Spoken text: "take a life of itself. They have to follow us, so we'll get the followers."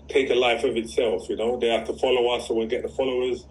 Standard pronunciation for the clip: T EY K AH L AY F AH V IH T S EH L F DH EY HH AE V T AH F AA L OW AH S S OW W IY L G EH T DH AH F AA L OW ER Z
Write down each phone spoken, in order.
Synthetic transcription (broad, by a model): T EY K AH L AY F AH V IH T S EH L F DH EY HH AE F T AH F AA L OW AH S S OW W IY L G EH T DH AH F AA L OW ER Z